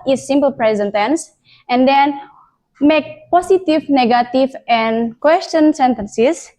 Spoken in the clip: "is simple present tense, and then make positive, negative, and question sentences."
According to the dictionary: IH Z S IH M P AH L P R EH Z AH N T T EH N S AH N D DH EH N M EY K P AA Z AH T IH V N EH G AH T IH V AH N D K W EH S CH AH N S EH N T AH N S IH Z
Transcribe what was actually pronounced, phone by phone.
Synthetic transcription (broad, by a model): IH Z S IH M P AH L P R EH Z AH N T T EH N S AH N D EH N M EY K P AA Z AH T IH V N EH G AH T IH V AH N K W EH S CH AH N S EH N T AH N S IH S